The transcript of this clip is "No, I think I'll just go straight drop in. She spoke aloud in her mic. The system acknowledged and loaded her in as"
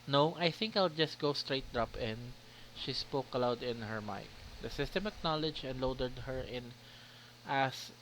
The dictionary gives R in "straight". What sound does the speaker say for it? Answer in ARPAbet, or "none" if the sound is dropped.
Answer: R